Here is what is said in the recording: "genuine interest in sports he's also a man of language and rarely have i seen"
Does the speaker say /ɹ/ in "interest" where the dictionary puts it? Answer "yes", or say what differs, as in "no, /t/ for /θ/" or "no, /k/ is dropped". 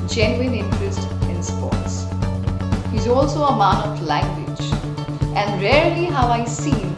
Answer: yes